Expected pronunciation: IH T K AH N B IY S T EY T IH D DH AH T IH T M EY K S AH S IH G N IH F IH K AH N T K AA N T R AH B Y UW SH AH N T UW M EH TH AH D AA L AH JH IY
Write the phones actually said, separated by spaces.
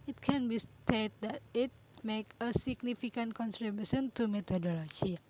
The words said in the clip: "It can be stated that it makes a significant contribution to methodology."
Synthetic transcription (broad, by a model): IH T K AH N B IY S T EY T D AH T IH T M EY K AH S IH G N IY F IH K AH N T K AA N S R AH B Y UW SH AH N T UW M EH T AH D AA L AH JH IY